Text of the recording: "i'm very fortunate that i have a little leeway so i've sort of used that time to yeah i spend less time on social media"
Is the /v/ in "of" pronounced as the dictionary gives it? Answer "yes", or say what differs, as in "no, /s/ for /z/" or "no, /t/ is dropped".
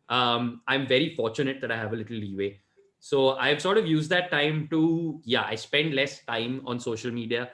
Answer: yes